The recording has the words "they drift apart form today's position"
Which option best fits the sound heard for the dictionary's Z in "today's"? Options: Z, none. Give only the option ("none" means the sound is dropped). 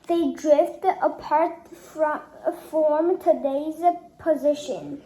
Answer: Z